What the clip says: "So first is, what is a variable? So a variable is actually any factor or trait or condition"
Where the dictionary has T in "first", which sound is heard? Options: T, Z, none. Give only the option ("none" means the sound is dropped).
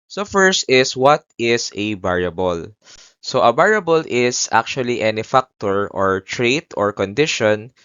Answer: T